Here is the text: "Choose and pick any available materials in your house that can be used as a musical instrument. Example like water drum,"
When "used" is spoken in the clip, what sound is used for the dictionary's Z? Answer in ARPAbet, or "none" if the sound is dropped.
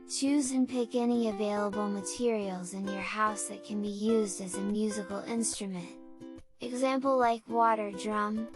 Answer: Z